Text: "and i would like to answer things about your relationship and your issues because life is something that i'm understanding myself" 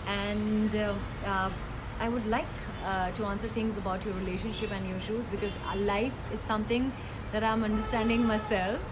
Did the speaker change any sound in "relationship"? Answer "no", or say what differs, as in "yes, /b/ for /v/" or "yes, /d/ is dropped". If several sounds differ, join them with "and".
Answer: no